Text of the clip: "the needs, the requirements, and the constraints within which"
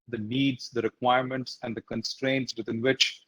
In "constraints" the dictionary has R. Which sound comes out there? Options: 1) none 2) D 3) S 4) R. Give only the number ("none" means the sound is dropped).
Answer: 4